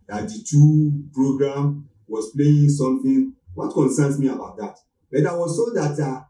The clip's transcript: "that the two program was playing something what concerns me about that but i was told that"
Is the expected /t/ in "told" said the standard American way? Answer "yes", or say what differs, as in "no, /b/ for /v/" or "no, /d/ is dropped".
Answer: no, /s/ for /t/